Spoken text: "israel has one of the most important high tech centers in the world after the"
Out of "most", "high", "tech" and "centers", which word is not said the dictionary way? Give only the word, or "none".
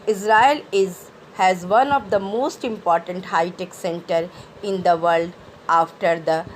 centers